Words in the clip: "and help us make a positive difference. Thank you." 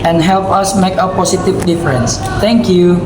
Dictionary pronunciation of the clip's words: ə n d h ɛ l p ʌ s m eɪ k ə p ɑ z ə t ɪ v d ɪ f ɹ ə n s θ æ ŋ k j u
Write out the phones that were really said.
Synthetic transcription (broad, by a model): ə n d h ɛ l p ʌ s m eɪ k ə p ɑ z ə t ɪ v d ɪ f ɹ ə n s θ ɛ ŋ k j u